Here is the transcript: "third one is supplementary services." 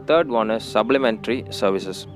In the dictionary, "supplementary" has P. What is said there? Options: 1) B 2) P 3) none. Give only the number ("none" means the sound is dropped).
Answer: 1